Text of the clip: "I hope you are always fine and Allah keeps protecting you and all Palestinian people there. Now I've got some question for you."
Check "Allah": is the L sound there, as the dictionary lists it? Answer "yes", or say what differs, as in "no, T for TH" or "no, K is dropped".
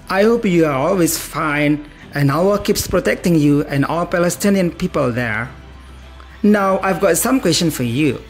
no, L is dropped